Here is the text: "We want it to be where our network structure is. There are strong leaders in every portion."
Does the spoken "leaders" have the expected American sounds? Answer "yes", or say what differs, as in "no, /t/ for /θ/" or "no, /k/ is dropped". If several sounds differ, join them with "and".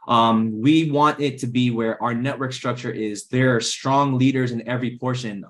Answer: yes